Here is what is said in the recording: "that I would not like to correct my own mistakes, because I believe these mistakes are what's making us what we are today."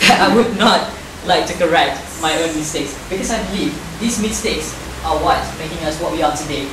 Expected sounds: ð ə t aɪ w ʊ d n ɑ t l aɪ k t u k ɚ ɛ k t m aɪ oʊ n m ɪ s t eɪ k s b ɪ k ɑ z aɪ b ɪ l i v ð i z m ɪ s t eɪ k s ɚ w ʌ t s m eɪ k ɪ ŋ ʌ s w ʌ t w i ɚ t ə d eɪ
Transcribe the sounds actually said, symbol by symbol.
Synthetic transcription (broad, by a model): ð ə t aɪ w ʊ d n ɑ t l aɪ k t u k ɚ ɛ k t m aɪ oʊ n m ɪ s t eɪ k s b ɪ k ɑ s aɪ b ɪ l i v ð i s m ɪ s t eɪ k s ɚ w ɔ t m eɪ k ɪ ŋ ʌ s w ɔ t w i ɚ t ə d eɪ